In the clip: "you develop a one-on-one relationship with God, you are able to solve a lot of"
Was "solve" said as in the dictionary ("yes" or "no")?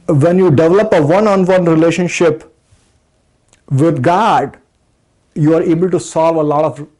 yes